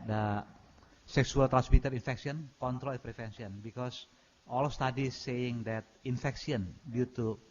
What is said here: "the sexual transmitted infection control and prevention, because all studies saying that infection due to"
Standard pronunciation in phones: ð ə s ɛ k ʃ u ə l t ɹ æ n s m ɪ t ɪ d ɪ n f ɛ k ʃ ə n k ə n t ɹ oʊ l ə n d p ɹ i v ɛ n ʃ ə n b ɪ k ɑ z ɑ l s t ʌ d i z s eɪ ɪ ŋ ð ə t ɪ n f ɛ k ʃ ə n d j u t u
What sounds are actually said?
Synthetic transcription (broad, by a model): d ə s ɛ k s u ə l t ɹ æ n s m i t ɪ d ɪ n f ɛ k s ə n k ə n t ɹ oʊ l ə p ɹ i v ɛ n s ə n b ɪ k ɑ s ɑ l s t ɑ d i s eɪ ɪ ŋ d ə t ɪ n f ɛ k s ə n d j u t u